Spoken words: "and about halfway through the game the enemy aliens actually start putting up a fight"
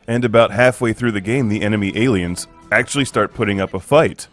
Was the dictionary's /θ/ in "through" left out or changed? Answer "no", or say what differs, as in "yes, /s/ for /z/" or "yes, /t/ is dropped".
no